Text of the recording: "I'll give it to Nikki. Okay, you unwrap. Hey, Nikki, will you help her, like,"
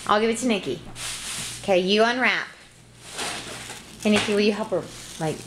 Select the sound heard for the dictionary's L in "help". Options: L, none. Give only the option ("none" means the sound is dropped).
none